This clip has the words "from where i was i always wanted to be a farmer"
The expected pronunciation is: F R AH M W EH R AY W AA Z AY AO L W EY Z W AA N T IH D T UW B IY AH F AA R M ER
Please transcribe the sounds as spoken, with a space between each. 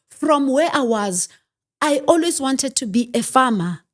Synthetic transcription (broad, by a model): F R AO M W EH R AY W AA Z AY AO L W EY Z W AA N T IH D T UW B IY AH F AA M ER